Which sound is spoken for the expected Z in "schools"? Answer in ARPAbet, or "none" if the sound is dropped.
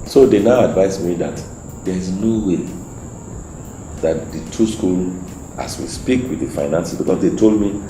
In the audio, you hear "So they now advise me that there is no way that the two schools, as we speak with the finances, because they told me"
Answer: none